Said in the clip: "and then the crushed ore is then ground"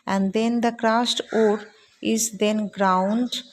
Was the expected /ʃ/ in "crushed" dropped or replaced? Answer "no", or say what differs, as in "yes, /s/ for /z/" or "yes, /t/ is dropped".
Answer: yes, /s/ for /ʃ/